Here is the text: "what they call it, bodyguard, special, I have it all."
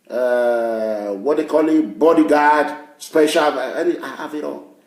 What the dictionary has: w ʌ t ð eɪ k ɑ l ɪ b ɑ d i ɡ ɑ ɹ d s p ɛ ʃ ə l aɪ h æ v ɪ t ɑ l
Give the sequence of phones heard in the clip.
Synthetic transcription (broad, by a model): w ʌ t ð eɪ k ɑ l ɪ b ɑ d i ɡ ɑ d s p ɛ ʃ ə n aɪ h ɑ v ɪ t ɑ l